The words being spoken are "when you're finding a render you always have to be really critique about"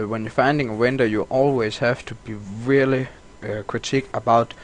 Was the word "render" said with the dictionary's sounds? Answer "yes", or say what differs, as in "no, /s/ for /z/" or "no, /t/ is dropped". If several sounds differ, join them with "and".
no, /w/ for /ɹ/